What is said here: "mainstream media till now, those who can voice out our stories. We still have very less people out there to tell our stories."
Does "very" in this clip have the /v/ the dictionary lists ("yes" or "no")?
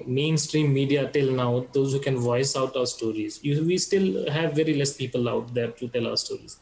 yes